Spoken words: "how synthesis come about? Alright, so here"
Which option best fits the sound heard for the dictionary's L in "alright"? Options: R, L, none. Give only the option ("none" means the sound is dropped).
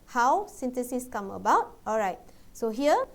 L